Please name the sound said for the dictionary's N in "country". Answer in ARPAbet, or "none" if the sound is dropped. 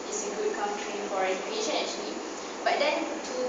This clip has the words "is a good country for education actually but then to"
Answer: none